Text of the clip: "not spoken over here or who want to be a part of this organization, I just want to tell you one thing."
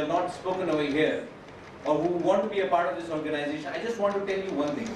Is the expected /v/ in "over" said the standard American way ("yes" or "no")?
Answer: no